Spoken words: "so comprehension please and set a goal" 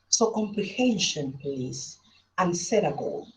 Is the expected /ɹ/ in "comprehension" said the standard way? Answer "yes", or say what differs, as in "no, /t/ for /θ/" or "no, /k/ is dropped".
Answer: no, /l/ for /ɹ/